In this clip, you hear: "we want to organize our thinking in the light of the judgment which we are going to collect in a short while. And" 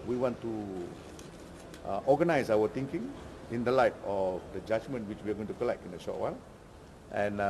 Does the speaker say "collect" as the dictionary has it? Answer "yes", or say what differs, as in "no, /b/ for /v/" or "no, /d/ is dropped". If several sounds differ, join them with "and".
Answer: yes